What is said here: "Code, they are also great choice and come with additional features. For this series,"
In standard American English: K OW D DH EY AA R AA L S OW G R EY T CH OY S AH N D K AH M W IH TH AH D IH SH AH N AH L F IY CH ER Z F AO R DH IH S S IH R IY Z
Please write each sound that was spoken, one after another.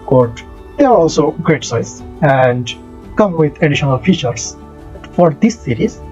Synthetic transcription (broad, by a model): K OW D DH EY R AA L S OW G R EY T S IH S AH N D K AH M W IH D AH D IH SH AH N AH L F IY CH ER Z F AO R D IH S S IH R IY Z